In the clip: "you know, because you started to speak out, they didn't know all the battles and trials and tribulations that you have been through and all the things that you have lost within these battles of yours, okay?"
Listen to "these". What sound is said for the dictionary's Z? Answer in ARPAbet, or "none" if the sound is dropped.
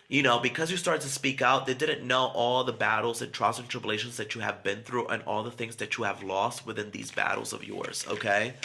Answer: Z